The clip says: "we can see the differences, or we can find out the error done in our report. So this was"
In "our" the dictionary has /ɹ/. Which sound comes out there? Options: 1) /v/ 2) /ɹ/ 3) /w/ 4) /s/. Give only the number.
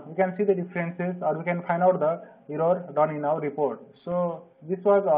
3